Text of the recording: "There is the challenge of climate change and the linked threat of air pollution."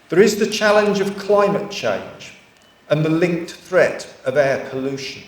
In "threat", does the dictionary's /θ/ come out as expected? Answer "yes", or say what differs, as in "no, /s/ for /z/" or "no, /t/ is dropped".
yes